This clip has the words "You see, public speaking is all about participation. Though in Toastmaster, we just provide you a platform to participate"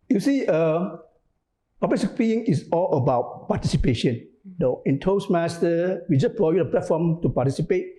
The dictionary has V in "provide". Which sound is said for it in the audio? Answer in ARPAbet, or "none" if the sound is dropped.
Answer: none